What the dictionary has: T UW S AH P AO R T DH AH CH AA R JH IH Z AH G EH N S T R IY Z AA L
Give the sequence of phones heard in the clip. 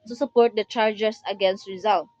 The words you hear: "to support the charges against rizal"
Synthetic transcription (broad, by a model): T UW S AH P AO R T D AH CH AA R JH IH S AH G EH N S T R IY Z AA L